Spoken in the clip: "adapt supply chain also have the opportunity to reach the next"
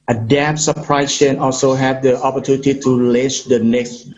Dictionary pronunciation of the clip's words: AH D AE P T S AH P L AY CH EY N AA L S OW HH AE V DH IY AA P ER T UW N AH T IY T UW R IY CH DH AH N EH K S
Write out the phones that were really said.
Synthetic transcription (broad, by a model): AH D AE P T S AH P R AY SH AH N AA L S OW HH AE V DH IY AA P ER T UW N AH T IY T UW L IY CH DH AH N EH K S